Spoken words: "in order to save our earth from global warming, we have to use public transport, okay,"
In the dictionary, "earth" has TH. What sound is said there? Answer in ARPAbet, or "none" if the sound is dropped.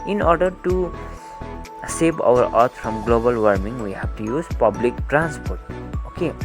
T